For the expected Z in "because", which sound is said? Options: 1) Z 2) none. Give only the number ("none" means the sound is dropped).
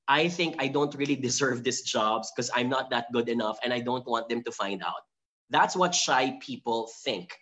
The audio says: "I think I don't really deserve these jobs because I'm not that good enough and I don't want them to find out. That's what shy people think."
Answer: 2